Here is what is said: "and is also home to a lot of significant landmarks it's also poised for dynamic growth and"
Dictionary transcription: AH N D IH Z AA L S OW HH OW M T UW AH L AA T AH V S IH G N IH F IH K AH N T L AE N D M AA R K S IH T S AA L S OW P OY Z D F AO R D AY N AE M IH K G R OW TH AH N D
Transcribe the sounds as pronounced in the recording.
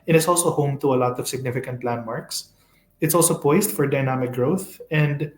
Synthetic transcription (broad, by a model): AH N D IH S AA L S OW HH OW M T UW AH L AA T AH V S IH G N IH F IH K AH N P L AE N M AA R K S IH T S AA L S OW P OY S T F AO R D AY N AE M IH K G R OW TH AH N D